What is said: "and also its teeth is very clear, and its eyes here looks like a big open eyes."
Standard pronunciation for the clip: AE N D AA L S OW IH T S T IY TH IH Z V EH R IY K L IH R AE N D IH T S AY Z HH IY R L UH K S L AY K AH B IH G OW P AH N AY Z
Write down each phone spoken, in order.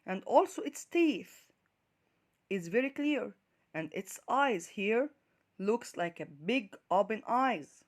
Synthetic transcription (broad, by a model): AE N D AA L S OW IH T S T IY TH IH Z V EH R IY K L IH R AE N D IH T S AY Z HH IY R L UH K S L AY K AH B IH G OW B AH N AY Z